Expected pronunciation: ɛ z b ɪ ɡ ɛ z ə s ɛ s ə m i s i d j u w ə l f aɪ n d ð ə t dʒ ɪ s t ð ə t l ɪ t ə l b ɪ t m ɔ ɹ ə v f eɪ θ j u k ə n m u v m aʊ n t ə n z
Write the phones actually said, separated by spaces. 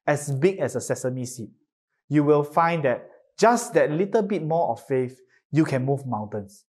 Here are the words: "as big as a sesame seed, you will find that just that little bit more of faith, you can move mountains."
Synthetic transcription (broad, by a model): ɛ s b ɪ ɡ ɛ s ə s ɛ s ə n i s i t j u w ə l f aɪ n d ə t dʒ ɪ s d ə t l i t ə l b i t m ɔ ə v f eɪ f j u k ə n m u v m aʊ n t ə n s